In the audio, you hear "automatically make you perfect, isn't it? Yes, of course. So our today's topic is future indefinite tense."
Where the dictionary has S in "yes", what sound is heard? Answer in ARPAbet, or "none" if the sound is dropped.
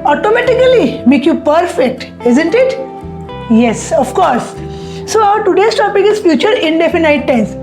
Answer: S